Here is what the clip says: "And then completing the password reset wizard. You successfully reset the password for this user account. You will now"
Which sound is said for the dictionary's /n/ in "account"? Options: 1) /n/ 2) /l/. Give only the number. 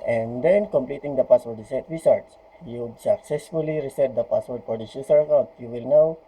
2